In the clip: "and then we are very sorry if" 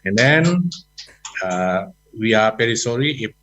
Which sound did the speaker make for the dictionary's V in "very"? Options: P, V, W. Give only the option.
P